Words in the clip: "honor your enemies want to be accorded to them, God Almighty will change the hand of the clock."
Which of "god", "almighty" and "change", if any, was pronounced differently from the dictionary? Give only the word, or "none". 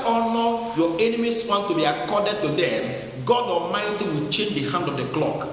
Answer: none